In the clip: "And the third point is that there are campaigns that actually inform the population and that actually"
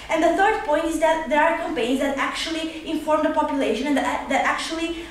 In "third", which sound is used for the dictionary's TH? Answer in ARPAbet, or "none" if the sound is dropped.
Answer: T